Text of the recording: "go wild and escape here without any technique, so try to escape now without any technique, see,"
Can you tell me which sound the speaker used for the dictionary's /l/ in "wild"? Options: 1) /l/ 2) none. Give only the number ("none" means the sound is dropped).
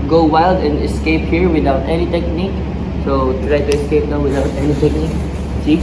1